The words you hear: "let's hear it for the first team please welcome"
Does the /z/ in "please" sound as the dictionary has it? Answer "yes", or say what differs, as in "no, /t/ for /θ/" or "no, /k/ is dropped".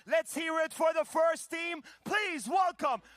yes